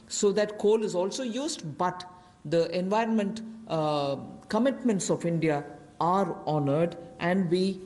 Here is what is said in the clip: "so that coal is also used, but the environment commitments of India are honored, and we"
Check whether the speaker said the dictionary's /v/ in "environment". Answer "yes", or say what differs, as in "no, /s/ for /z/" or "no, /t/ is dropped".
yes